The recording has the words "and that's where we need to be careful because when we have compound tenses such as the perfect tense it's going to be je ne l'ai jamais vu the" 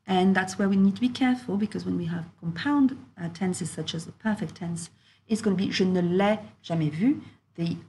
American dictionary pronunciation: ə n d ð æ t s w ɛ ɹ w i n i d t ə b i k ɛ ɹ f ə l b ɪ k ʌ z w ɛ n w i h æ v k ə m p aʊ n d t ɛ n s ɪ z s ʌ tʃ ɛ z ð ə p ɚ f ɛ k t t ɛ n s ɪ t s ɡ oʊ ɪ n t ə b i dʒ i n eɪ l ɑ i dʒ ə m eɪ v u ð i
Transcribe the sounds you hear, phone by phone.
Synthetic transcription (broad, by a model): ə n ð æ t s w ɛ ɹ w i n i d t ə b i k ɛ ɹ f ə l b ɪ k ʌ z w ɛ n w i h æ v k ə m p aʊ n d t ɛ n s ɪ z s ʌ tʃ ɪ z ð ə p ɚ f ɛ k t t ɛ n s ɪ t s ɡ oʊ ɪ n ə b i ʒ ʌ n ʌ l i ʒ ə m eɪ v u ð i